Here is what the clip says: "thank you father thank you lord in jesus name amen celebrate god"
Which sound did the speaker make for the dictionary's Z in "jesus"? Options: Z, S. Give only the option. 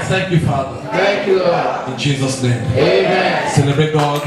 Z